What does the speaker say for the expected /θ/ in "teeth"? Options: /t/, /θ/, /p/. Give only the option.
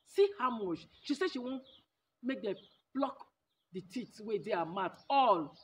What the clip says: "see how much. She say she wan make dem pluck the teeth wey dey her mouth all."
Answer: /t/